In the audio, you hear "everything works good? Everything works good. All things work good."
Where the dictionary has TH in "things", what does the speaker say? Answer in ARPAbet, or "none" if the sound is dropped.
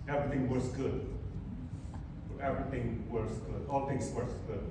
T